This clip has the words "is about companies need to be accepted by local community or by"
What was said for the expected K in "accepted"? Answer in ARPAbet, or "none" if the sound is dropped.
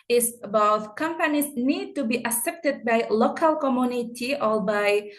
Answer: none